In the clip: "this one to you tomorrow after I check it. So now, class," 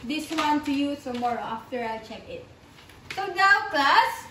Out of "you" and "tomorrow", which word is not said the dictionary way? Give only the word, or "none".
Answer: tomorrow